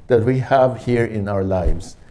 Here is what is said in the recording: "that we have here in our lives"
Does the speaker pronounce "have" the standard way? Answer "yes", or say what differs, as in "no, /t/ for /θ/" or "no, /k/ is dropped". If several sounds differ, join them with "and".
yes